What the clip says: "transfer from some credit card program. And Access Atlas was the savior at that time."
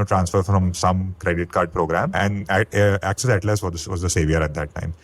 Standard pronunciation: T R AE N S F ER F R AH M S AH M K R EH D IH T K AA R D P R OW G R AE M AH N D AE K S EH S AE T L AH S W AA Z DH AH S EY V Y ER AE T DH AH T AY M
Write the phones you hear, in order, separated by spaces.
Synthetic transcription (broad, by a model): T R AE N S F ER F R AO M S AH M K R EH D IH T K AA R D P R OW G R AE M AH N D AE K S EH S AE T L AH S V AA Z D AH S EY V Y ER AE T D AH T AY M